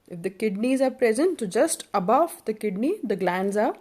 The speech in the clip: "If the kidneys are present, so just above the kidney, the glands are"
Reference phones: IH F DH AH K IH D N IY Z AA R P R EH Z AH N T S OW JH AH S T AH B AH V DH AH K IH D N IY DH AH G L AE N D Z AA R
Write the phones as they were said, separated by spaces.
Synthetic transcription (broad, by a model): IH F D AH K IH D N IY Z AA R P R EH Z AH N T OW JH AH S T AH B AH V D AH K IH D N IY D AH G L AE N D Z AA R